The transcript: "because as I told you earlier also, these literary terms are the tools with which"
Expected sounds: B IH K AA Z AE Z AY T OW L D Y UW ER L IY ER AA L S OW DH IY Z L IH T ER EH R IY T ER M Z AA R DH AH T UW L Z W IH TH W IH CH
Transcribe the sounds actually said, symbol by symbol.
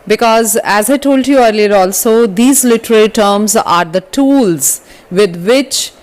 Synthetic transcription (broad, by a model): B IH K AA Z AE Z AY T OW L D Y UW ER L IY ER AA L S OW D IY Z L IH T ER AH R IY T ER M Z AA R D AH T UW L Z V IH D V IH CH